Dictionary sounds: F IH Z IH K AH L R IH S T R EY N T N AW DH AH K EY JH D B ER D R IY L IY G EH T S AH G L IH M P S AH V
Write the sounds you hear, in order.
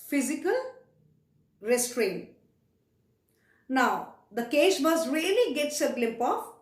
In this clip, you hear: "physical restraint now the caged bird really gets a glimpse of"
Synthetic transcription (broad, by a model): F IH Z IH K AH L R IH S T R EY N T N AW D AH K EY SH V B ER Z R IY L IY G EH T S AH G L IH M P AH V